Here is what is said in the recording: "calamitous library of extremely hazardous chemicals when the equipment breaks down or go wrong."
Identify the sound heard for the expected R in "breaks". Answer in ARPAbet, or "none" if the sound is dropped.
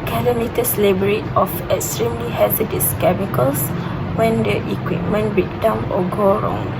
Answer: none